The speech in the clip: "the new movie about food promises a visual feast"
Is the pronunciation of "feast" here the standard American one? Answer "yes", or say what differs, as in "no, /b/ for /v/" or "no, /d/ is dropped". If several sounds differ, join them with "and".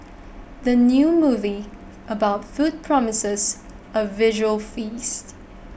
yes